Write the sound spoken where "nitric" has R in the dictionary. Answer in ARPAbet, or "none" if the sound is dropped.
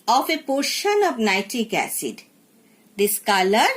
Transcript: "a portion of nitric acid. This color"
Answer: none